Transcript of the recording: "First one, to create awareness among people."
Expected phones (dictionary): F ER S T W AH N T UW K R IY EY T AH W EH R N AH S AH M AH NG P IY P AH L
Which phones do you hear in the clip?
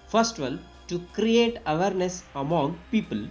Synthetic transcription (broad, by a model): F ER S T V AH L T UW K R IY EY T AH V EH R N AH S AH M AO NG P IY P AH L